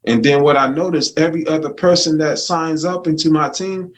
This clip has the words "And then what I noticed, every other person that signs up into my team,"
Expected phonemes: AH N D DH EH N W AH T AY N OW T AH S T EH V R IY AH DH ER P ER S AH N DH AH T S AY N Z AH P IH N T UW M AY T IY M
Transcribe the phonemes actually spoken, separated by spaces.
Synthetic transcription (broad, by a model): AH N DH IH N W AH T AY N OW T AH S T EH V R IY AH DH ER P ER S AH N DH AH T S AY N Z AH P IH N T UW M AY T IY M